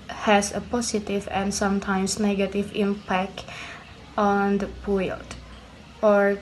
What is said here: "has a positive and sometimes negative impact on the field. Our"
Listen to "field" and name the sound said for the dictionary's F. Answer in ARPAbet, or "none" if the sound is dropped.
P